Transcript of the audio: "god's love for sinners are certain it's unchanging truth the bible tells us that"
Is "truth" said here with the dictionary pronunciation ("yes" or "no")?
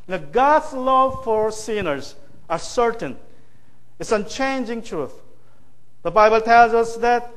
yes